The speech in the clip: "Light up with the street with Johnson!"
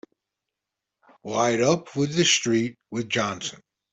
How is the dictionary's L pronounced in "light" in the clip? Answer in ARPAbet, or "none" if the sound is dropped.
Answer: W